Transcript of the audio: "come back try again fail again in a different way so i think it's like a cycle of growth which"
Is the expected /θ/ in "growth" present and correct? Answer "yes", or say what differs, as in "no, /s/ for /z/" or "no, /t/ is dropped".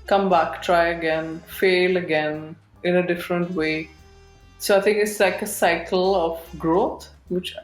no, /t/ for /θ/